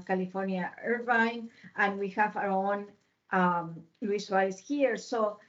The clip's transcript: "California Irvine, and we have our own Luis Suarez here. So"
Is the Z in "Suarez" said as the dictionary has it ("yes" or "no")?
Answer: no